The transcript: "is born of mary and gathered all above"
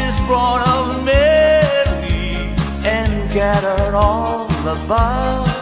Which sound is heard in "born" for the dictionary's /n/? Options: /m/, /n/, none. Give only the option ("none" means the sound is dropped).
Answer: none